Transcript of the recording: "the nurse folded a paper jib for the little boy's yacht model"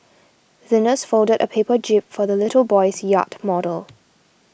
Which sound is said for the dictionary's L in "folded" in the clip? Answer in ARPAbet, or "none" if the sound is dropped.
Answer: L